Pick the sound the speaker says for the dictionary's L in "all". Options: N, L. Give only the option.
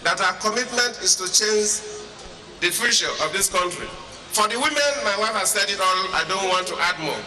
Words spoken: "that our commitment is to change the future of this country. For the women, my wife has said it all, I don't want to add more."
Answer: N